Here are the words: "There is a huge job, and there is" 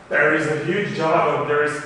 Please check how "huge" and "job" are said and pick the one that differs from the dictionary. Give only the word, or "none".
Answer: none